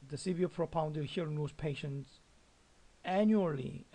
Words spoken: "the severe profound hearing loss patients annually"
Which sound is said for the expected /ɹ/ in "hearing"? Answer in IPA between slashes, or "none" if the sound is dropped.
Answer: none